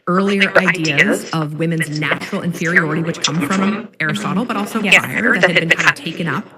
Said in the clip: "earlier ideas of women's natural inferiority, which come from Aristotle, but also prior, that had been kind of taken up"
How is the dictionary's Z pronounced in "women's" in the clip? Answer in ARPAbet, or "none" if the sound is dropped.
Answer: Z